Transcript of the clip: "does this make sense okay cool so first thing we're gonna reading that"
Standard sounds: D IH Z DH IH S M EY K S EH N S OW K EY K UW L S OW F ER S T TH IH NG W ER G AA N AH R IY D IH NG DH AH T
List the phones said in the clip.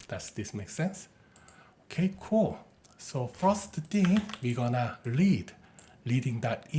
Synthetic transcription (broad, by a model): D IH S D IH S M EY K S EH N S OW K EY K UW L S OW F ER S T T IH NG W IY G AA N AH L IY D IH NG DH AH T